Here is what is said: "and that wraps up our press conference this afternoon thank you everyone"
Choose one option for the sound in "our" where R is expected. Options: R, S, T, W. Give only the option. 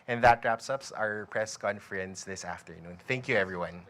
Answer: R